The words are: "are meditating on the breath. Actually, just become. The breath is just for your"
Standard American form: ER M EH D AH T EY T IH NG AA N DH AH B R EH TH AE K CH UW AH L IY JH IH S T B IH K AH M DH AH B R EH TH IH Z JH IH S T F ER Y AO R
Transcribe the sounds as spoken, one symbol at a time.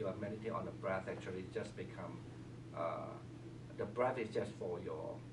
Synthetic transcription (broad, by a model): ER M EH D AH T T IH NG AA N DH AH B R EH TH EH K CH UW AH L IY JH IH S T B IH K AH M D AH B R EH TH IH S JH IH S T F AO Y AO